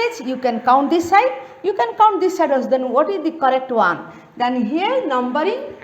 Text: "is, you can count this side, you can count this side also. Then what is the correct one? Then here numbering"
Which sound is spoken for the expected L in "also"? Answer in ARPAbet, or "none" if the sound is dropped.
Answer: none